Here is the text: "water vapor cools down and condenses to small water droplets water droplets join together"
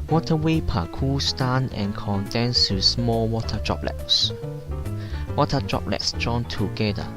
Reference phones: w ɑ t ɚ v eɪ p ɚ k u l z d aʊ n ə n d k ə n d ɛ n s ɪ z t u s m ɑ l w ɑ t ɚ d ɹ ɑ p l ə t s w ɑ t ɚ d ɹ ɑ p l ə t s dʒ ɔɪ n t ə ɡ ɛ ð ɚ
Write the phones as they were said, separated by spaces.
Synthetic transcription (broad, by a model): w ɑ t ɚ w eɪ p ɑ k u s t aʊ n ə n k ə n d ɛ n s t u s m ɑ l w ɑ t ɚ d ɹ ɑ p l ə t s w ɑ t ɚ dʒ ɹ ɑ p l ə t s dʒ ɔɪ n t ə ɡ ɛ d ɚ